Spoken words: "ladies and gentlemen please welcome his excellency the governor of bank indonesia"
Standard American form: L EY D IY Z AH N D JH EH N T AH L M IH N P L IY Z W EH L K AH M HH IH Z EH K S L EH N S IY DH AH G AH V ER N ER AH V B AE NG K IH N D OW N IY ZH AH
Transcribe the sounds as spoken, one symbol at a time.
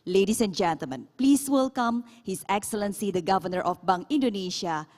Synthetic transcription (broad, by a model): L EY D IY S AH N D JH EH N T AH L M IH N P L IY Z W EH L K AH M HH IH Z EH K S L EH N S IY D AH G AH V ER N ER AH F B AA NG IH N D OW N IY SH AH